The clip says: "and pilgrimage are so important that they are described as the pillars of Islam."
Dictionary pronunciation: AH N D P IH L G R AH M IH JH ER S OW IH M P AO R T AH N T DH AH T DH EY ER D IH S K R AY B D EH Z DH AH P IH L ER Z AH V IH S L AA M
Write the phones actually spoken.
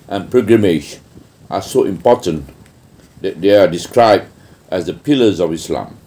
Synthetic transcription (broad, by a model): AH N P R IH G R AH M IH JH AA S OW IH M P AO T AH N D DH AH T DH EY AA D IH S K R AY B D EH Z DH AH P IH L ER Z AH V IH S L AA M